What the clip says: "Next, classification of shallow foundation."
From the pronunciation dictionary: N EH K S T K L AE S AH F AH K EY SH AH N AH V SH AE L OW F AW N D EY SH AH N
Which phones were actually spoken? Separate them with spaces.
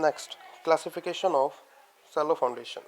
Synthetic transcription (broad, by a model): N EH K S T K L AE S AH F AH K EY SH AH N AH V S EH L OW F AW N D EY SH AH N